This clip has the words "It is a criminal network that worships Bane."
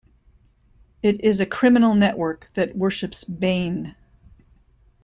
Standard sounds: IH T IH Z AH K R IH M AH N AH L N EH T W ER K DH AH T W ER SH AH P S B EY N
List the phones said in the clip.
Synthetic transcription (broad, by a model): IH T IH Z AH K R IH M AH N L N EH T W ER K DH AH T W ER SH AH P S B EY N